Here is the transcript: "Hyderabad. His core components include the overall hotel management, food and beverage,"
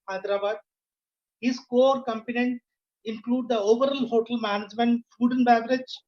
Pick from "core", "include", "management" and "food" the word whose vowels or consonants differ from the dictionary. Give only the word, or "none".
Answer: none